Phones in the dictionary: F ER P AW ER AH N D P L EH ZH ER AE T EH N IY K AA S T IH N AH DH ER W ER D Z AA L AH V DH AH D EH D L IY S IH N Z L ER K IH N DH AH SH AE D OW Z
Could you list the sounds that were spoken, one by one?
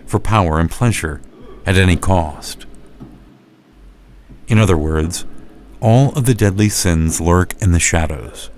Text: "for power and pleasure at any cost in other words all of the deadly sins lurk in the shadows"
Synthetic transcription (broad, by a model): F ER P AW ER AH N P L EH ZH ER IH T EH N IY K AA S T IH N AH DH ER W ER D Z AA L AH V DH AH D EH D L IY S IH N Z L ER K IH N DH AH SH AE D OW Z